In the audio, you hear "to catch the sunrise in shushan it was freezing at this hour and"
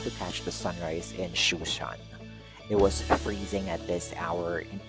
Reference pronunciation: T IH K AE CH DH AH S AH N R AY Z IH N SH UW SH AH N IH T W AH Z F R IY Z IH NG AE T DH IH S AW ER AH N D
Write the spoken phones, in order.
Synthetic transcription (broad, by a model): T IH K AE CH DH AH S AH N R AY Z IH N SH UW SH AH N IH T W AH Z F R IY Z IH NG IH T DH IH S AW ER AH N